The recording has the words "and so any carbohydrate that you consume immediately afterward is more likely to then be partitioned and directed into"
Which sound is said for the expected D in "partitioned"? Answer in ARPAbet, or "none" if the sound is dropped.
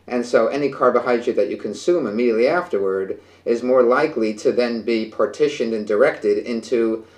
D